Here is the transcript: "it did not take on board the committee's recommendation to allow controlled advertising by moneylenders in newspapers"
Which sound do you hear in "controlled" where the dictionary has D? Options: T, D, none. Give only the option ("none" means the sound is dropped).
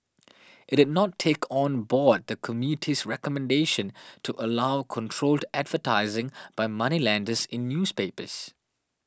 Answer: D